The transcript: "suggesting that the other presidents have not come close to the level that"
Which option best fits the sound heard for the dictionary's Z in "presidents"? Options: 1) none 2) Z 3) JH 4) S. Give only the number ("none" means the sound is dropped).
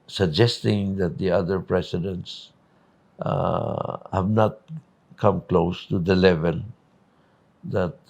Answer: 4